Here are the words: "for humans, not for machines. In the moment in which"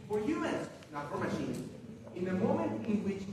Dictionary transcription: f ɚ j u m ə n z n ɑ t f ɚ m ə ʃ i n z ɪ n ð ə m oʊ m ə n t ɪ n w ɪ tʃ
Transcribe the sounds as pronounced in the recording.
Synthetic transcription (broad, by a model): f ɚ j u ə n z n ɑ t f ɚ m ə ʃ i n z ɪ n ð ə m oʊ m ə n t ɪ n w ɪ tʃ